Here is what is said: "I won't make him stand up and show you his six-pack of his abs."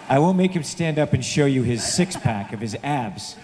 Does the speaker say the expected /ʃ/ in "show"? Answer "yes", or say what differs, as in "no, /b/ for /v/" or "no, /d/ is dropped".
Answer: yes